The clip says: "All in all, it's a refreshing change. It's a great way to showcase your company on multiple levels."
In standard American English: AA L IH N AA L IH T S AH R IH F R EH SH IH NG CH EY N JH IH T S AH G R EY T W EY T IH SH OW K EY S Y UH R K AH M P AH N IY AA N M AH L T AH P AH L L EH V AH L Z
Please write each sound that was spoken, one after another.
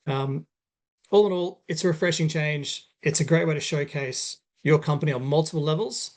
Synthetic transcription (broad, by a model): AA L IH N AA L IH T S AH R IH F R EH SH IH NG CH EY N JH IH T S AH G R EY T W EY T IH SH OW K EY S Y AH R K AH M P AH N IY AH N M AH L T AH P AH L L EH V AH L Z